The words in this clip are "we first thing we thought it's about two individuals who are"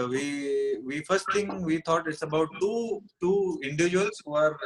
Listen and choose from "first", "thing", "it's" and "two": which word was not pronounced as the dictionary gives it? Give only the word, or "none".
thing